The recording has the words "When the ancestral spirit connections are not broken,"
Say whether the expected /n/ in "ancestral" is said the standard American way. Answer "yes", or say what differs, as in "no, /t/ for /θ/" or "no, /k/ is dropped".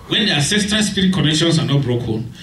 no, /n/ is dropped